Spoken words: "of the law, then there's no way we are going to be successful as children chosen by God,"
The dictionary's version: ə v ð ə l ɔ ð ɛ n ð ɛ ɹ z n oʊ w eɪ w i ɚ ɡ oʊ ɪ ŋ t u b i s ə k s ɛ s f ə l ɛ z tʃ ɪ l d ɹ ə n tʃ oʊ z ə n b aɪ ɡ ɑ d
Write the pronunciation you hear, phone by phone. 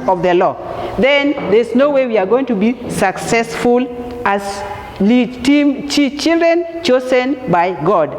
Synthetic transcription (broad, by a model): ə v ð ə l ɔ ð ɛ n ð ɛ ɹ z n oʊ w eɪ w i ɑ ɡ oʊ ɪ ŋ t u b i s ə k s ɛ s f ə l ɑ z tʃ ɪ l d ɹ ə n tʃ oʊ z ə n b aɪ ɡ ɑ d